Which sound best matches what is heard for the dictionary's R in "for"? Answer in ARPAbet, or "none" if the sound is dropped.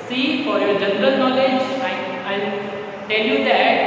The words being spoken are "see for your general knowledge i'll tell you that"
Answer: R